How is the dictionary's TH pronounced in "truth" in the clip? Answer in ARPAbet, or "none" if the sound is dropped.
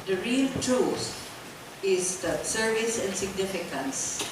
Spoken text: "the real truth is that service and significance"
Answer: S